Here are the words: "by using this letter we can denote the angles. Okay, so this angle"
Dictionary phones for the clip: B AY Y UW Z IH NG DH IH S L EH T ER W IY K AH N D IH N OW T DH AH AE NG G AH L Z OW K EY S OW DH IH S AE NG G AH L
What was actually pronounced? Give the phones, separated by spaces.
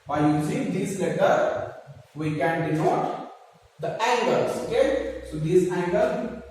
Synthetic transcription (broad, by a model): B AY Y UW S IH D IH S L EH T ER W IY K AH N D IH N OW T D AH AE NG G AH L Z OW K EY S OW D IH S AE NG G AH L